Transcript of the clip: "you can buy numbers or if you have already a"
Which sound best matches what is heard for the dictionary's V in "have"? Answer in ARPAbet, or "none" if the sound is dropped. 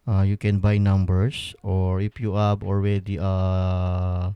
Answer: B